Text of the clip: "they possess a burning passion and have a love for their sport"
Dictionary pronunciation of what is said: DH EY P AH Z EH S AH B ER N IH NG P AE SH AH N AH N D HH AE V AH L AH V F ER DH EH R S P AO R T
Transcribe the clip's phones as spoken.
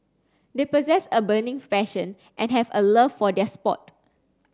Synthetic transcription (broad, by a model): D EY P AH Z EH S AH B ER N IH NG F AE SH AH N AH N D HH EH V AH L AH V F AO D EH S P AO T